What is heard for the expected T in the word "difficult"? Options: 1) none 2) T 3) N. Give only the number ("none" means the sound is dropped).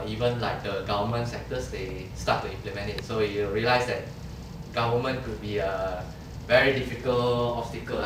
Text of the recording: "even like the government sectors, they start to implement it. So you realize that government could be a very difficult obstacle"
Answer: 1